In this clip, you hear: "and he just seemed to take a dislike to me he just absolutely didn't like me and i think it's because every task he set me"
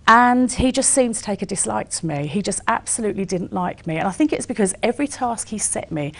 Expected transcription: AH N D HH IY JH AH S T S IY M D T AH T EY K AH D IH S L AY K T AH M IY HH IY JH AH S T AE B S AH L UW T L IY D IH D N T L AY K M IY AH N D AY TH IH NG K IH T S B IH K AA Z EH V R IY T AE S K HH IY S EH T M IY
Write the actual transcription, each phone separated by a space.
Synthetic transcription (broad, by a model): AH N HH IY JH AH S T S IY M T AH T EY K AH D IH S L AY K T AH M IY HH IY JH AH S T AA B S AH L UW T L IY D IH D N T L AY K M IY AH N AY TH IH NG K IH T S B IH K AA Z EH V R IY T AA S K HH IY S EH T M IY